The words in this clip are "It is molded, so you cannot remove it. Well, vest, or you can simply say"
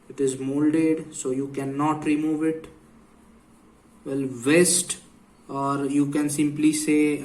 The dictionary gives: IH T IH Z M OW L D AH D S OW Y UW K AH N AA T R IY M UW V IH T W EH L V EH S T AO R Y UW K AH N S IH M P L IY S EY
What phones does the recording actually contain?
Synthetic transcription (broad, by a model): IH T IH Z M OW L D AH D S OW Y UW K AH N AA T R IY M UW V IH T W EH L V EH S T AO R Y UW K AH N S IH M P L IY S EY